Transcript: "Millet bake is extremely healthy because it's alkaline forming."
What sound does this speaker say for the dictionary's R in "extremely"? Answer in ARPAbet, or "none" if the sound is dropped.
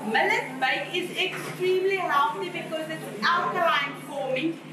R